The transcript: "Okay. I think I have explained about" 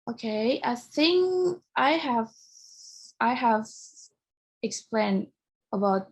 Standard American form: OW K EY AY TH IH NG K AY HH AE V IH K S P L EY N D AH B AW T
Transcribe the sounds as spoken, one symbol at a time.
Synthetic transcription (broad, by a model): OW K EY AY TH IH NG K AY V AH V IH K S P L EY N D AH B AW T